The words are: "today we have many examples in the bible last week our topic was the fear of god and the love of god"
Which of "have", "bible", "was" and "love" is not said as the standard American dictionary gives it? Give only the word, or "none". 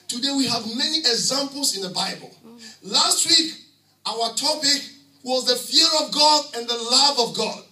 none